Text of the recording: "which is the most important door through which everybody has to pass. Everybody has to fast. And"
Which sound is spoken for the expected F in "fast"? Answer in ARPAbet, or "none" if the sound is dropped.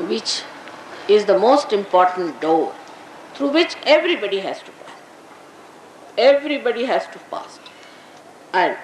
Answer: P